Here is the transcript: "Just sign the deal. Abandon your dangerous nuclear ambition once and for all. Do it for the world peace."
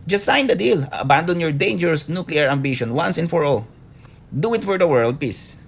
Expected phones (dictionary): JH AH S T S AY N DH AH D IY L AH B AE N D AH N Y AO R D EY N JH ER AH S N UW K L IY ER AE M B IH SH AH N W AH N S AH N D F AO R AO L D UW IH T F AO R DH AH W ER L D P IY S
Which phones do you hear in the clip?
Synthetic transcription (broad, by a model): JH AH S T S AY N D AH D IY L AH B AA N D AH N Y AO R D EY N JH ER AH S N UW K L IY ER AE M B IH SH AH N W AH N S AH N F AO R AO D UW IH T F AO R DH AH W ER L D P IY S